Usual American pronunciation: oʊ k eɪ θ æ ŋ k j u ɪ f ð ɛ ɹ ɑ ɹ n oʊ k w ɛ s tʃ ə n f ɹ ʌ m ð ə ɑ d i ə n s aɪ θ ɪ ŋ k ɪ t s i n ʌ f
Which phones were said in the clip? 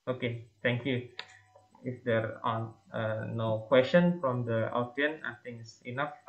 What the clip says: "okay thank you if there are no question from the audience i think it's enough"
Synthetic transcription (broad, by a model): oʊ k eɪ t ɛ ŋ k j u ɪ f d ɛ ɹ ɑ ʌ n oʊ k w ɛ s tʃ ə n f ɹ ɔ m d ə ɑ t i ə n aɪ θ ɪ ŋ ɪ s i n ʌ f